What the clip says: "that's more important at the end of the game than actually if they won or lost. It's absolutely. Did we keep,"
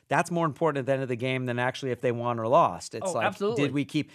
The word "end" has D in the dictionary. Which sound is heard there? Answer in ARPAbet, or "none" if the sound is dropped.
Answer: none